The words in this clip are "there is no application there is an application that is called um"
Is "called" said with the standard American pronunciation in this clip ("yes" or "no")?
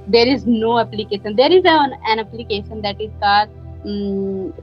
no